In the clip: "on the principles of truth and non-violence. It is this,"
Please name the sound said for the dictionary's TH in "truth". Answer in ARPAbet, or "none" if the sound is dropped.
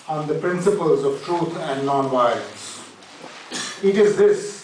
T